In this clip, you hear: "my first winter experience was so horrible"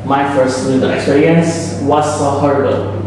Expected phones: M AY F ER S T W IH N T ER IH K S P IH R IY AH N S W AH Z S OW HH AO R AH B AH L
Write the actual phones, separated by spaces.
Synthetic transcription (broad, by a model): M AY F ER S T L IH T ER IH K S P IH R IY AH N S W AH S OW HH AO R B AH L